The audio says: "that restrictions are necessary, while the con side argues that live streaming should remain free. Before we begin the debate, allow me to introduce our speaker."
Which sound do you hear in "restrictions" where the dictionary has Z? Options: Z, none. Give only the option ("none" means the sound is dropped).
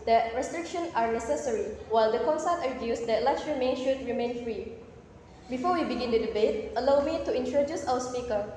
none